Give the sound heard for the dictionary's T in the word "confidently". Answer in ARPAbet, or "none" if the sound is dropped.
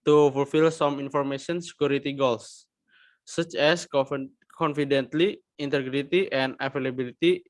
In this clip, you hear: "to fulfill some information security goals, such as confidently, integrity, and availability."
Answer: T